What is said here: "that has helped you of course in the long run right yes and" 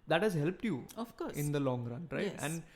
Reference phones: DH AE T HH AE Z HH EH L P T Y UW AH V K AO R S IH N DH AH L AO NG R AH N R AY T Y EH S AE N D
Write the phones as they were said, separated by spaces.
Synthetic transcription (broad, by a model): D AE T HH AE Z HH EH L P T Y UW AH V K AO R IH N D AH L AO NG R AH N R AY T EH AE N D